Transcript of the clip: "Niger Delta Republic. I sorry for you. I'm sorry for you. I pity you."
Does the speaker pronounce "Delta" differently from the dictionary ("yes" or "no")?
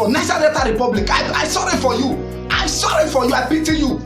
yes